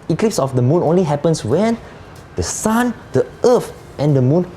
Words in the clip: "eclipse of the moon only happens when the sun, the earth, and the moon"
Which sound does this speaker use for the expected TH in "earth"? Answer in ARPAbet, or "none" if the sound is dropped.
F